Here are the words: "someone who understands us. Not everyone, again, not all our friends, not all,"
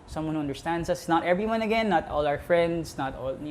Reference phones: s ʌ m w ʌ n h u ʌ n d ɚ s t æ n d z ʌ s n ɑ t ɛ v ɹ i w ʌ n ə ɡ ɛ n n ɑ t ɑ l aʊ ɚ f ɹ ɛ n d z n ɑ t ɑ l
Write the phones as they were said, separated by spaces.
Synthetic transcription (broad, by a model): s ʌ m w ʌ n h u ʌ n d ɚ s t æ n d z ʌ s n ɑ t ɛ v ɹ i w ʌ n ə ɡ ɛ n n ɑ t ɑ l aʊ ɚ f ɹ ɛ n d s n ɑ t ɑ l